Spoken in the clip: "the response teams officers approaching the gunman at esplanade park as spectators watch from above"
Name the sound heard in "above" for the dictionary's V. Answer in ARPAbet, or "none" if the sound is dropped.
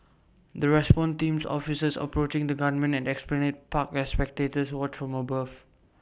F